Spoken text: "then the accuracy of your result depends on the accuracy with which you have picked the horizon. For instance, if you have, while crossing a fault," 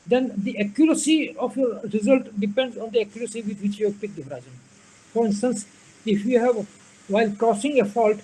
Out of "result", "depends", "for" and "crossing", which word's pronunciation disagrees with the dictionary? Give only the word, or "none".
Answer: crossing